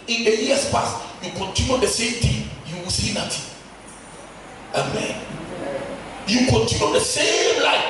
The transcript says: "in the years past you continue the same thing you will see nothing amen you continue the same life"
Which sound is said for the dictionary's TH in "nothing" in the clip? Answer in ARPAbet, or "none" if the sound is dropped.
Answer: T